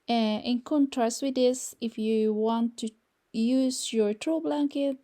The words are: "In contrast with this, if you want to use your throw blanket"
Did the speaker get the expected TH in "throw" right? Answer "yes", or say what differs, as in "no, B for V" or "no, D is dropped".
no, T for TH